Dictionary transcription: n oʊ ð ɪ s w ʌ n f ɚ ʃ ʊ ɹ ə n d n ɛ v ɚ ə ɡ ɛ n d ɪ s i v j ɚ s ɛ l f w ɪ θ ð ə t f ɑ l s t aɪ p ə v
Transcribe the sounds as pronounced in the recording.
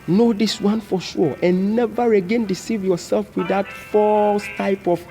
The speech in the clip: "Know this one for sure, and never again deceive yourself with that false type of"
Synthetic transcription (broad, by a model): n oʊ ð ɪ s w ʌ n f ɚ ʃ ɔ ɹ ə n n ɛ v ɚ ə ɡ ɛ n d ɪ s i v j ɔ s ɛ l f w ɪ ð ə t f ɑ l s t aɪ p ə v